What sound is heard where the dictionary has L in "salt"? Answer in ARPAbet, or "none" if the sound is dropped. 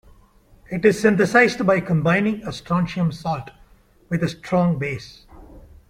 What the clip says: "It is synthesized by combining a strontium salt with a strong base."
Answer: L